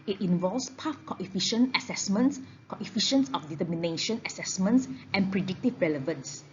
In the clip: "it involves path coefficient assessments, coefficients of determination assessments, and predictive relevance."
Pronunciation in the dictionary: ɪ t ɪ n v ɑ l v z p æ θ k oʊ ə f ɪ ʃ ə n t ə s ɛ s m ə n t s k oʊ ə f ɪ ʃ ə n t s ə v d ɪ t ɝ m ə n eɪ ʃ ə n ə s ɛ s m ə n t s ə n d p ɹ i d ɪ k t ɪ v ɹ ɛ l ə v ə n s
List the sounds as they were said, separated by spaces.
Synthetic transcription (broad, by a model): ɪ t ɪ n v ɑ l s p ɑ f k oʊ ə f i ʃ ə n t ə s ɛ s m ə n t s k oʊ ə f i ʃ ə n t s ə f d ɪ t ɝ m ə n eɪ ʃ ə n ə s ɛ s m ə n t s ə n p ɹ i d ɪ k t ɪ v ɹ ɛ l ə v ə n s